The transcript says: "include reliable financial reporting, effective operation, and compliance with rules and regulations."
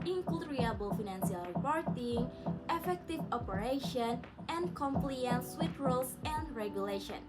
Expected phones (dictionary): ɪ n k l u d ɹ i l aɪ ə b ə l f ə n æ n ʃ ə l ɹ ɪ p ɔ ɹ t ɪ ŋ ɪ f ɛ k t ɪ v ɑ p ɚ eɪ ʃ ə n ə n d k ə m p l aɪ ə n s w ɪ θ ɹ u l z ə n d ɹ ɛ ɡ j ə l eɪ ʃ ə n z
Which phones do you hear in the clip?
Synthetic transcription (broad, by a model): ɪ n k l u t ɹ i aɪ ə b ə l f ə n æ n s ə l ɹ ɪ p ɔ ɹ t ɪ ŋ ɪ f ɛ k t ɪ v ɑ p ɚ eɪ ʃ ə n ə n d k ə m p l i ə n s w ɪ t ɹ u l s ə n d ɹ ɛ ɡ j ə l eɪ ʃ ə n